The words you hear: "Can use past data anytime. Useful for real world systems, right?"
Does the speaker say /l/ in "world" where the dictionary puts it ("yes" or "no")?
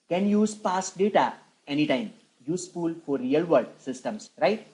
no